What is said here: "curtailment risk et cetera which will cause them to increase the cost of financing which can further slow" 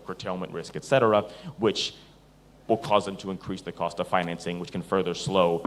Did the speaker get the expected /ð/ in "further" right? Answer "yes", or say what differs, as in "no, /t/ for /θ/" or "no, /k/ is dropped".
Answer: yes